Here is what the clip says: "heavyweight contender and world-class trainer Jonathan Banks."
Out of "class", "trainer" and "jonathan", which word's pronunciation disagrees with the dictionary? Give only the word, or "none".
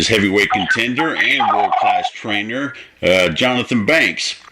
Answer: none